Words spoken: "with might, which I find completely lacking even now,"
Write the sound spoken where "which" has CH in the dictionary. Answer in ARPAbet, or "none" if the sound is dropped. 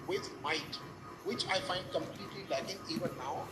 CH